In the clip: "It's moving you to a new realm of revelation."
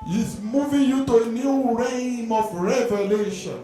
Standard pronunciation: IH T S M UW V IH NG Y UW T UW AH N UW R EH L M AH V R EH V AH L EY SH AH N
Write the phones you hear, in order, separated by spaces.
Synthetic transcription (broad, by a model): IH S M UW V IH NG Y UW T UW AH N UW R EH M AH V R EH V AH L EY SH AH N